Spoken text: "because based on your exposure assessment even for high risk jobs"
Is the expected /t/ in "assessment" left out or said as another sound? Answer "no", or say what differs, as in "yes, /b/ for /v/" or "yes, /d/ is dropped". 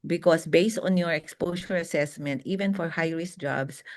no